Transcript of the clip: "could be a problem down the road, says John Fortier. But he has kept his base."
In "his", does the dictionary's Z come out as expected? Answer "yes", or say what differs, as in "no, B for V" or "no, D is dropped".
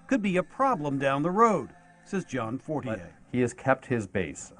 yes